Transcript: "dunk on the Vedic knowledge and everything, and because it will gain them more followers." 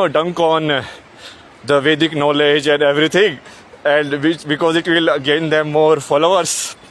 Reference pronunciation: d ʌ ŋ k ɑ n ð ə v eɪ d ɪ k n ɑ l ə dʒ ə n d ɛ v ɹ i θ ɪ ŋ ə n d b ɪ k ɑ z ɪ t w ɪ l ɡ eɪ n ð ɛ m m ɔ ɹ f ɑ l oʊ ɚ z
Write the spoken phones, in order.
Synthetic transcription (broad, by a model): d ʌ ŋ k ɑ n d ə v eɪ d ɪ k n ɑ l ə dʒ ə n d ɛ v ɹ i t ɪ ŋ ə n d b ɪ k ɑ z ɪ t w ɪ l ɡ eɪ n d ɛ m m ɔ ɹ f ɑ l oʊ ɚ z